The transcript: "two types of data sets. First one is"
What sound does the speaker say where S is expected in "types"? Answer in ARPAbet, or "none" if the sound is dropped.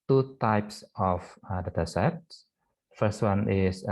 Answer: S